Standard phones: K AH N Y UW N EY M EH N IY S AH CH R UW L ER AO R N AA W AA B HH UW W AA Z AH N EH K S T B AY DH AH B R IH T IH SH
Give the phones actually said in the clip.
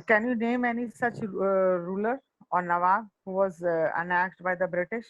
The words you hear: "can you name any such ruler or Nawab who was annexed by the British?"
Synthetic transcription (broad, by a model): K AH N Y UW N EY M EH N IY S AH CH R UW L ER AO R N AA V AA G HH UW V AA Z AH N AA S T B AY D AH B R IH T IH SH